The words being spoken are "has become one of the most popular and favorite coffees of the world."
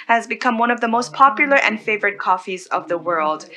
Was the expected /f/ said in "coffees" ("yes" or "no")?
yes